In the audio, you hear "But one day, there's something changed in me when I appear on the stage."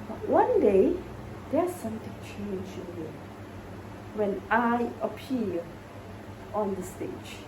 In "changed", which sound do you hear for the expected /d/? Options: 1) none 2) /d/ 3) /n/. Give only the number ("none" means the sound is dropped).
1